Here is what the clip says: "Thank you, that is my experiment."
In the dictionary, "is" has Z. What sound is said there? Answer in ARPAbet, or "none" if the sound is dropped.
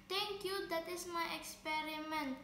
S